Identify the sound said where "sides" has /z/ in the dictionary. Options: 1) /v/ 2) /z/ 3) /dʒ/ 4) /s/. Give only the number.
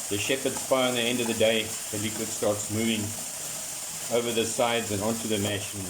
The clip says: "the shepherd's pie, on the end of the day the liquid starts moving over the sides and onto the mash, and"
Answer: 2